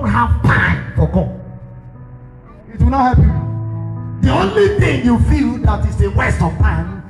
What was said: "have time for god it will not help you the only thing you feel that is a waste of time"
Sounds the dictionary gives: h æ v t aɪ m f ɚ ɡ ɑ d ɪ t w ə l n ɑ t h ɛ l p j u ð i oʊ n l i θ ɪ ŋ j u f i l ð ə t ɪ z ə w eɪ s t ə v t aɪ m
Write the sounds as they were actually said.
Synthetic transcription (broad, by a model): h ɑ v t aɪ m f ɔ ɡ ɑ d ɪ t w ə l n ɑ t h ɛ p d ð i oʊ n l i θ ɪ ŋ j u f i l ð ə t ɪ s ə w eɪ s t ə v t aɪ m